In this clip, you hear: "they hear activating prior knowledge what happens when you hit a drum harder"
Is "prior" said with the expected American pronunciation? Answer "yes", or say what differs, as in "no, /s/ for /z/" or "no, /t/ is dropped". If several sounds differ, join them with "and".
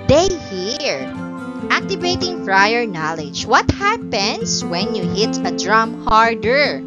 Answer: no, /f/ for /p/